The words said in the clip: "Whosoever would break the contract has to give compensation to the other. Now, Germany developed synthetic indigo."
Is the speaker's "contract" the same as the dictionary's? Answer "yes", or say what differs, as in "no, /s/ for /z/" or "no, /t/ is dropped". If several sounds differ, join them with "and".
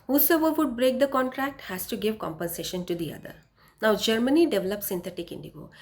yes